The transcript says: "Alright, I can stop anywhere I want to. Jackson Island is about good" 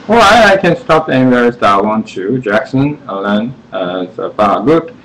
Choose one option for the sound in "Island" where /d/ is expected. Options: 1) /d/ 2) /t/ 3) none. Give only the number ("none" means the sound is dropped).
3